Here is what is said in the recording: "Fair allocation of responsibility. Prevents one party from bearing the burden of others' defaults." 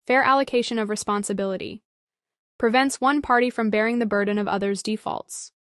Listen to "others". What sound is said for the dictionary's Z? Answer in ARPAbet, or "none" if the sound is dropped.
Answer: Z